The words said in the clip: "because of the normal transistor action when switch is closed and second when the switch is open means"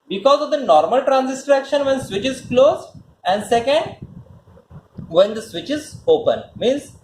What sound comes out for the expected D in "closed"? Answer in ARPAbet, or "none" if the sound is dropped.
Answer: none